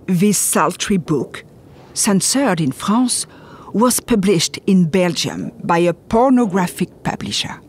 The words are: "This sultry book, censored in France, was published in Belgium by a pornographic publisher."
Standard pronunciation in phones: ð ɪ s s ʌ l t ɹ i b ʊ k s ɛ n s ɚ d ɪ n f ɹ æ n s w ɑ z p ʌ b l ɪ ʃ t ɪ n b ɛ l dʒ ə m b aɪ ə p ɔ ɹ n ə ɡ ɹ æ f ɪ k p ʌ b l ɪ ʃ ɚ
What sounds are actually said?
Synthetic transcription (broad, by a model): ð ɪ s s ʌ l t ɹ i b ʊ k s ɛ n s ɚ d ɪ n f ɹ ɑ s w ɑ z p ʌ b l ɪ ʃ t ɪ n b ɛ l dʒ ə m b aɪ ə p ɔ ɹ n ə ɡ ɹ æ f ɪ k p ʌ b l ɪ ʃ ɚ